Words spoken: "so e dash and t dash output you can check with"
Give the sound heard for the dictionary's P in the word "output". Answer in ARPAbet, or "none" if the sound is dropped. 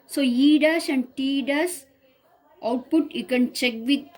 P